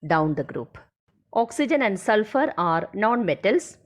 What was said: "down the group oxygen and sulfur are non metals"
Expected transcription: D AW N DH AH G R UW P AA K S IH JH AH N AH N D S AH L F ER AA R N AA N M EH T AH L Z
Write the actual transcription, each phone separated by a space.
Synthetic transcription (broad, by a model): D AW N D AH G R UW P AA K S IH JH AH N AH N D S AH L F ER AA R N AA N M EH T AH L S